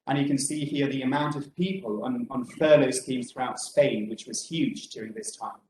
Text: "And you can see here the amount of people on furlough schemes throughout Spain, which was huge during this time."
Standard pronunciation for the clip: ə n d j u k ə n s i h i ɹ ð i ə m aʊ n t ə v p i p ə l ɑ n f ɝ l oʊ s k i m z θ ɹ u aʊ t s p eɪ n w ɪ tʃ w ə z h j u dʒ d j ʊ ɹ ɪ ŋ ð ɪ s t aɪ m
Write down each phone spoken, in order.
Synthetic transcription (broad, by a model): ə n j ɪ k ə n s i h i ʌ ð i ə m aʊ n t ə v p i p ə l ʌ n f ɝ l oʊ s k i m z θ ɹ u aʊ t s p eɪ n w ɪ tʃ w ə z h j u dʒ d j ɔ ɹ ɪ ŋ ð ɪ s t aɪ m